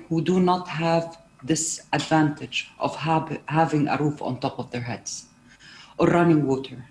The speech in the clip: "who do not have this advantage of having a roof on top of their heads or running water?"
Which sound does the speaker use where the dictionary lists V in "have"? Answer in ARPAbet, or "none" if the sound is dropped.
V